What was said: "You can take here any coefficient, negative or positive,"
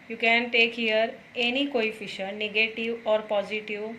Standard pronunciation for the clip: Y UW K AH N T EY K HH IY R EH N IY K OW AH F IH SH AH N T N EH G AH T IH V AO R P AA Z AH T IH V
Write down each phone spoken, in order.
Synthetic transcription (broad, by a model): Y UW K AH N T EY K HH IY R EH N IY K OW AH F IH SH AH T N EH G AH T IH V AO R P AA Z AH T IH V